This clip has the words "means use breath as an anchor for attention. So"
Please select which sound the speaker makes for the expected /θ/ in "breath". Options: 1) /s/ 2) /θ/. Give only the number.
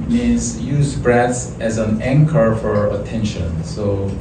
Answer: 1